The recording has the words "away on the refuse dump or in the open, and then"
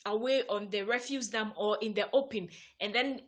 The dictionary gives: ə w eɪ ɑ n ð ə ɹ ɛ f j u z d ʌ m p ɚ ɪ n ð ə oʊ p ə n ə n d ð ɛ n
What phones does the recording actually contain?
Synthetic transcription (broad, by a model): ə w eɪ ɑ n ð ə ɹ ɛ f j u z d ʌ m ɚ ɪ n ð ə oʊ p ə n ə n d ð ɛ n